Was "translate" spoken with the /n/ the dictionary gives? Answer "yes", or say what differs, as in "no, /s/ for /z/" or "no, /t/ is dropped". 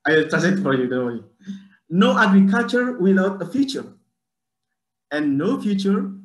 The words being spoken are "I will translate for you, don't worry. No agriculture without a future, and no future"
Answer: no, /n/ is dropped